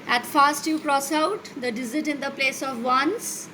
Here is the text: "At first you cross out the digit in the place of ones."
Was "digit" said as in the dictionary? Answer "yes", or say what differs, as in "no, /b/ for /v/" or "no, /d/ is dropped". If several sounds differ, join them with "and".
no, /z/ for /dʒ/